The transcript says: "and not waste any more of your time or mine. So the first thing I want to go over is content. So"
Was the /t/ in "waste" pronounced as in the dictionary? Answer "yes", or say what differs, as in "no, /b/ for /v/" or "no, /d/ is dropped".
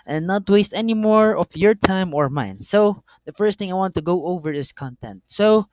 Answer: yes